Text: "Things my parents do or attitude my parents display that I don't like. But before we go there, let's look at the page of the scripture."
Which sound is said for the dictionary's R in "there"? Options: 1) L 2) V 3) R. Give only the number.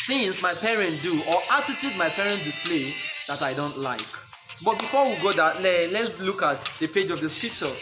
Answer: 1